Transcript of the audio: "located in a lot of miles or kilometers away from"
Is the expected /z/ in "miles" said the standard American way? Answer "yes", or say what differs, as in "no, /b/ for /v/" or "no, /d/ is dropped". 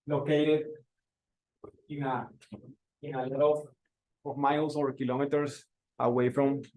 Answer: no, /s/ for /z/